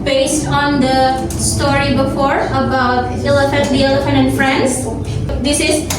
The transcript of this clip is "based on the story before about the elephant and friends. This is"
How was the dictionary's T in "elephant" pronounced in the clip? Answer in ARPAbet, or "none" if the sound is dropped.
none